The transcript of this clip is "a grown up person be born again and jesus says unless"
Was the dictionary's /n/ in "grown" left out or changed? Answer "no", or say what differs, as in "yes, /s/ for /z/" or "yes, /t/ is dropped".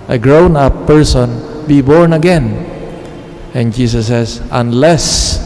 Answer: no